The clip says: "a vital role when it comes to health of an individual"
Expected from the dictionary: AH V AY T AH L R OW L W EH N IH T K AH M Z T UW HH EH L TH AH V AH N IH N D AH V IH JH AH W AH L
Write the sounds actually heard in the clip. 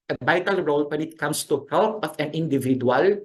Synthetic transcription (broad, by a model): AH B AY T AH L R OW L W EH N IH T K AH M S T UW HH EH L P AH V AH N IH N D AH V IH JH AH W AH L